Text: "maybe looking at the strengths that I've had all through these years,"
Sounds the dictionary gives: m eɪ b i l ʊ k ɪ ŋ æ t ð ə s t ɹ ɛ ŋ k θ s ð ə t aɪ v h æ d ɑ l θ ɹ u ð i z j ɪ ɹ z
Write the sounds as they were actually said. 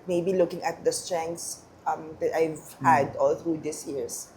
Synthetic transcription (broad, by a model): m eɪ b i l ʊ k ɪ ŋ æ t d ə s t ɹ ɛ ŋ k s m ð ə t aɪ v h æ d ɑ l θ ɹ u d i s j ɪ ɹ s